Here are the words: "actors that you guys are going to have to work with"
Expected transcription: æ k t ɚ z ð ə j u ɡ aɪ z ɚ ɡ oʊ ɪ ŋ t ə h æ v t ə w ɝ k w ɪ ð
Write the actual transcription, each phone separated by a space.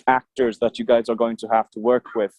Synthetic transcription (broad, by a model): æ k t ɚ z ð ə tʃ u ɡ aɪ z ɚ ɡ oʊ ɪ ŋ t ə h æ f t ə w ɝ k w ɪ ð